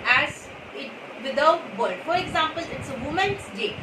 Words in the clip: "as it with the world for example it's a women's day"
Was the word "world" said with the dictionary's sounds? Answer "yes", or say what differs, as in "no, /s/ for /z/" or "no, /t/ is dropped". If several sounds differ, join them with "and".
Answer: no, /l/ is dropped